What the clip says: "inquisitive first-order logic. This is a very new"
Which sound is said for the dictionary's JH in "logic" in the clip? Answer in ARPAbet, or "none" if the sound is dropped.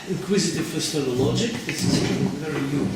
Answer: JH